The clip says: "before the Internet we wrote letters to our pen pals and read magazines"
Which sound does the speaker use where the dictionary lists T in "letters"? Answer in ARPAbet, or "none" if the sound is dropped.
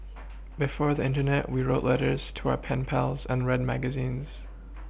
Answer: T